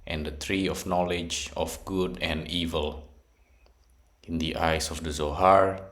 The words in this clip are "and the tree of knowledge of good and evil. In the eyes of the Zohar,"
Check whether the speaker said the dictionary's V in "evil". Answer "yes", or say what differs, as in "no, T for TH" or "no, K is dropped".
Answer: yes